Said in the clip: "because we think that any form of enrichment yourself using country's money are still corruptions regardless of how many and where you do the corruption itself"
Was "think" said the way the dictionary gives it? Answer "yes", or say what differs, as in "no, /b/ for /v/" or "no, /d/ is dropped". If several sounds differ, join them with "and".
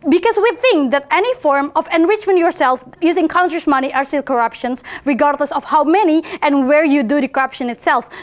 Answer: yes